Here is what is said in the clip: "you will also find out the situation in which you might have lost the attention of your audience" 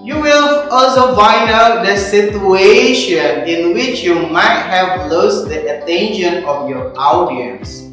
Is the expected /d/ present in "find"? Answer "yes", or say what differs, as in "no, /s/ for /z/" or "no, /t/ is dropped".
no, /d/ is dropped